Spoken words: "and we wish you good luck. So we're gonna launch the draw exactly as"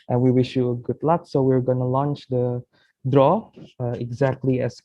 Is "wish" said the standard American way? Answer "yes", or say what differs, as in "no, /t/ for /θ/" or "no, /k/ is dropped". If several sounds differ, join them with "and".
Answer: yes